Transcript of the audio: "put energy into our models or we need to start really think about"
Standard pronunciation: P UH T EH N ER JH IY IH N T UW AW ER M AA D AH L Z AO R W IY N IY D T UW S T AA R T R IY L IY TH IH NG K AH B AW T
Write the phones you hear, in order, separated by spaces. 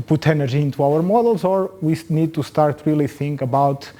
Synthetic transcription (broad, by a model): P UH T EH N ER ZH IY IH N T UW AW ER M AA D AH L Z AO R W IY N IY D T UW S T AA R T R IY L IY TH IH NG K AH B AW T